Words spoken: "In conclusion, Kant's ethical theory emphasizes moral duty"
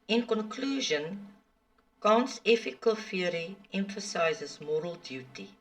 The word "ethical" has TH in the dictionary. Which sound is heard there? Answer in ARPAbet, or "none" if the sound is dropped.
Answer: F